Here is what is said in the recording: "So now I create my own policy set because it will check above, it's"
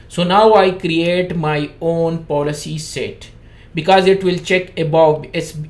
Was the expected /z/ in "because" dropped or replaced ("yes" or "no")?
no